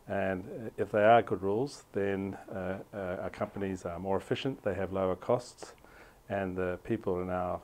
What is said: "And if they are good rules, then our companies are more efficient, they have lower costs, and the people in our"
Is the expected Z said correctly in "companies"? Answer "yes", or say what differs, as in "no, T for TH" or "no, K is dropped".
yes